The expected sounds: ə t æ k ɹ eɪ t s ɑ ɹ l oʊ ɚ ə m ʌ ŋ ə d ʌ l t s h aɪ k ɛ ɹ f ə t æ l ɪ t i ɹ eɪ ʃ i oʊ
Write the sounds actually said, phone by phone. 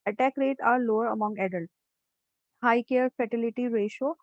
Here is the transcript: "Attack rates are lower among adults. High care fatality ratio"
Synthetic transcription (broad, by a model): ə t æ k ɹ eɪ t ɑ ɹ l oʊ ɚ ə m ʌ ŋ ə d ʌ l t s h aɪ k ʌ ɹ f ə t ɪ l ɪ t i ɹ eɪ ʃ oʊ